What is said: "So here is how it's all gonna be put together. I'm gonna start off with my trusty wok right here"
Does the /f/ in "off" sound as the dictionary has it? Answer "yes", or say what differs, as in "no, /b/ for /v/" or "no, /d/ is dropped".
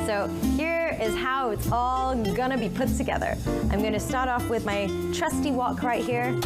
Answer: yes